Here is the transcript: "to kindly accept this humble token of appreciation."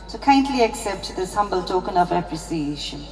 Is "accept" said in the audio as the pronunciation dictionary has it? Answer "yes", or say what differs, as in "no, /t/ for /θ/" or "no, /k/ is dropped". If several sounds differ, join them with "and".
yes